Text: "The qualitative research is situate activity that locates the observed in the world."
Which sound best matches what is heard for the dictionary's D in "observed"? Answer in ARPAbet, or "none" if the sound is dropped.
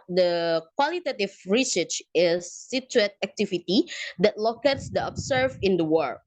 none